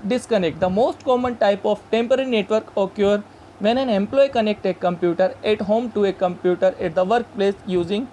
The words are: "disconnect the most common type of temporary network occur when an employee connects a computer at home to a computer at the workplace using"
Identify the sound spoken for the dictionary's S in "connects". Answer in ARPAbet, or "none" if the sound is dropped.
none